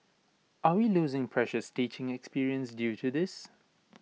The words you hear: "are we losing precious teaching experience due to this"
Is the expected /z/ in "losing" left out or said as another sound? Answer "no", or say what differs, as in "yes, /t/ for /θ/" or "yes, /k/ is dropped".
no